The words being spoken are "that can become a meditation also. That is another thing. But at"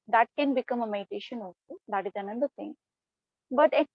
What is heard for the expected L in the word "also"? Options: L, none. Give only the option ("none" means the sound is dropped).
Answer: none